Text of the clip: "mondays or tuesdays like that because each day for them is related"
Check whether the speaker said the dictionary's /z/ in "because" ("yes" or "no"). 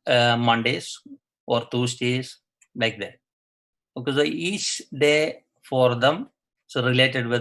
no